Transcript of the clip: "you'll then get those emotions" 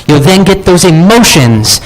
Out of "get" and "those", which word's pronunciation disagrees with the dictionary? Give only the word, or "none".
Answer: none